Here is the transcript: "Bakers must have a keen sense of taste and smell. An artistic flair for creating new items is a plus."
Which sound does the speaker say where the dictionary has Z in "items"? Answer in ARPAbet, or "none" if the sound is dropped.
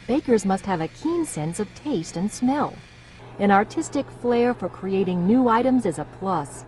Z